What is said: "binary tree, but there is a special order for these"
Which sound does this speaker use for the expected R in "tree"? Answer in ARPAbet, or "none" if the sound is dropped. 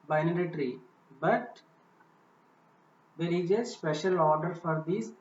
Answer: R